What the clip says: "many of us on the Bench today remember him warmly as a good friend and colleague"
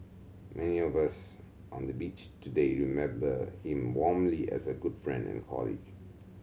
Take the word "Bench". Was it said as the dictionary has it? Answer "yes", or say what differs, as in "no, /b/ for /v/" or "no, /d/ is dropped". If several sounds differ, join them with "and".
no, /n/ is dropped